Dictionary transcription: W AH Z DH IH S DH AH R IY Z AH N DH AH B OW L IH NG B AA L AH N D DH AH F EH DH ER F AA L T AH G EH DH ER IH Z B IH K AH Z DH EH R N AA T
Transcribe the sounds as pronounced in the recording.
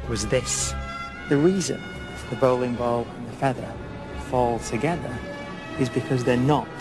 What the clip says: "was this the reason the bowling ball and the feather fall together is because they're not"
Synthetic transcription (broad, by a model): W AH Z DH IH S DH AH R IY Z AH N DH AH B OW L IH NG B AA L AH N DH AH F EH DH ER F AA L T AH G EH DH ER IH Z B IH K AH Z DH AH R N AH T